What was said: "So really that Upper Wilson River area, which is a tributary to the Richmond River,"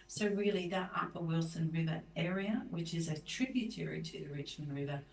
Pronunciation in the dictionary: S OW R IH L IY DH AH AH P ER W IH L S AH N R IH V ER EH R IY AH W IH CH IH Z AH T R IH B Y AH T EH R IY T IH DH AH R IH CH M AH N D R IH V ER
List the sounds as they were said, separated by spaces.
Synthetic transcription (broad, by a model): S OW R IH L IY DH AH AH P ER W IH L S AH N R IH V ER EH R IY AH W IH CH IH Z AH T R IH B Y AH T EH R IY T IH DH AH R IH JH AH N R IH V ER